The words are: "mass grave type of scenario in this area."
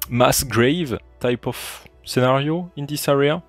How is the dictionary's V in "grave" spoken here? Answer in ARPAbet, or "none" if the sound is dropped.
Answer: V